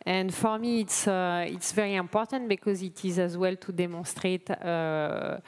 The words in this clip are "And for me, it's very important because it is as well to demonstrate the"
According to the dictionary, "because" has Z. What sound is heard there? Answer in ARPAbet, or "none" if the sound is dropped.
Z